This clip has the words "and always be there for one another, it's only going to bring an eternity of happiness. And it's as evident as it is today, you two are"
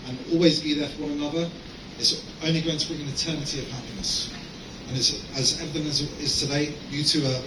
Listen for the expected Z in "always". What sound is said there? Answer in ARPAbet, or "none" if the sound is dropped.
Z